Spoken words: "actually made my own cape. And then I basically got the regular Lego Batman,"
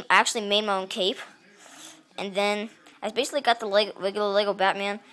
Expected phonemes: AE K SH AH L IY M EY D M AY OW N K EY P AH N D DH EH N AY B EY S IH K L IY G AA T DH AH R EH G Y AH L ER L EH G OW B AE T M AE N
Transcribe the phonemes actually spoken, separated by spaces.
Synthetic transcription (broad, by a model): AE K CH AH L IY M EY D M AY OW N K EY P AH N DH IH N AY B EY S IH K L IY G AA T DH AH L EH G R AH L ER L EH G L B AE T M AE N